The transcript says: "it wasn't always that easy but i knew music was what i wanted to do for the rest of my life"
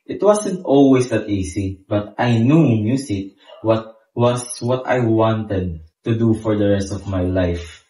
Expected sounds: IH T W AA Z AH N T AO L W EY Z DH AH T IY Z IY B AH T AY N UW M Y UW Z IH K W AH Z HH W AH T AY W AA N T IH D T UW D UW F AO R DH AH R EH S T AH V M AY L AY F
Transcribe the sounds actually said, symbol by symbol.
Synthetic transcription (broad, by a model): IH T W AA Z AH N T AO L W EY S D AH T IY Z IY B AH T AY N UW M Y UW S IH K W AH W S W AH T AY W AA N T IH D T UW D UW F AO R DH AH R EH S T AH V M AY L AY F